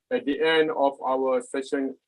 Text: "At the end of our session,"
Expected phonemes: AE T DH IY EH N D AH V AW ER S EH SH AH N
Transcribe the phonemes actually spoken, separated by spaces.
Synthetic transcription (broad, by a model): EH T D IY EH N D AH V AW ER S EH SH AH N